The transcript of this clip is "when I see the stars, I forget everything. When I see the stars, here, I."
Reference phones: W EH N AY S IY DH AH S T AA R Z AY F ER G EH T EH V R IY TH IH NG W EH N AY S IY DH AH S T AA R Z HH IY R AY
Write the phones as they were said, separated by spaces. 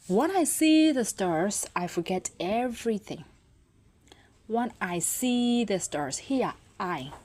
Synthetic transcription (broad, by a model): W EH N AY S IY DH AH S T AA R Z AY F ER G EH T EH V R IY TH IH NG W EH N AY S IY DH AH S T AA R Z HH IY AY